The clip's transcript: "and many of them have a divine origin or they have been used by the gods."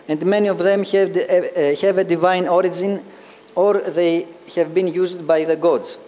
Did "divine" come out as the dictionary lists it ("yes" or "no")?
yes